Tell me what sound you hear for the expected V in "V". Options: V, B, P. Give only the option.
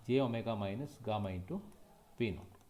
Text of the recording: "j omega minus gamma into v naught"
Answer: P